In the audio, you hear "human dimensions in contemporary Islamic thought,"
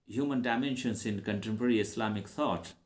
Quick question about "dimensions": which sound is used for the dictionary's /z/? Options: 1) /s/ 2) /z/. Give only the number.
1